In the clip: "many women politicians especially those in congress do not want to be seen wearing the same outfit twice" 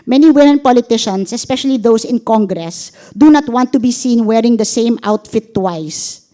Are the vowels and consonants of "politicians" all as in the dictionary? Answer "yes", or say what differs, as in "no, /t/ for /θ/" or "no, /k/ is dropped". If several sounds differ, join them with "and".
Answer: no, /s/ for /z/